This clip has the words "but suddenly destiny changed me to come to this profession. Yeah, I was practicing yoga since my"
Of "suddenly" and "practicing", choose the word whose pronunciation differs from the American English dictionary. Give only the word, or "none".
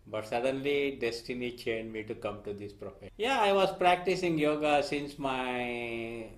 none